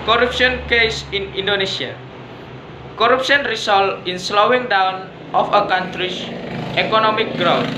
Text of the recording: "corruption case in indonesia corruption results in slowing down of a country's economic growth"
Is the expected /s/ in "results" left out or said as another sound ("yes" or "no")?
yes